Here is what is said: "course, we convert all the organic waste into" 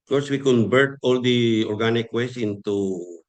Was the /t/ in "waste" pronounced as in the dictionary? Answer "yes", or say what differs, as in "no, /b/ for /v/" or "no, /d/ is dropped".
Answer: no, /t/ is dropped